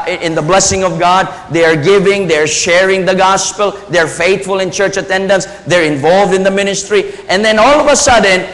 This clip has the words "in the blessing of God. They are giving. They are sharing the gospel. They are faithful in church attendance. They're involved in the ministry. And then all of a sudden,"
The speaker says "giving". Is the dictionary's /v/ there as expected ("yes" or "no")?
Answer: yes